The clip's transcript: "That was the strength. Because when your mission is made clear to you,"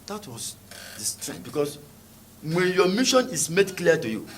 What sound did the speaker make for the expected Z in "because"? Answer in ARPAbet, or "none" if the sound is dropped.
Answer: S